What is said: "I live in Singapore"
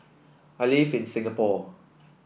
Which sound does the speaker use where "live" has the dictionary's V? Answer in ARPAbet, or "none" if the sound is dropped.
F